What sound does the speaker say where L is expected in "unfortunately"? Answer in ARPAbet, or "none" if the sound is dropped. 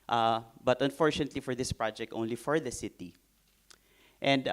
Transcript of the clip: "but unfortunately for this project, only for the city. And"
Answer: L